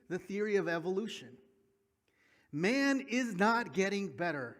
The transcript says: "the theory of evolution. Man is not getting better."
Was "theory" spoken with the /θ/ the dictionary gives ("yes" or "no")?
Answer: yes